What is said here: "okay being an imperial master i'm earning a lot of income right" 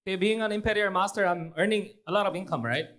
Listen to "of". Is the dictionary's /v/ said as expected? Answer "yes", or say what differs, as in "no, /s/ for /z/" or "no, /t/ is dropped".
no, /b/ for /v/